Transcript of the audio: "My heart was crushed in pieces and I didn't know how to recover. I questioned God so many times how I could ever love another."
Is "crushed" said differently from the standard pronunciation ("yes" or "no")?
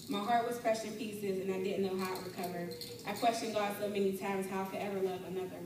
yes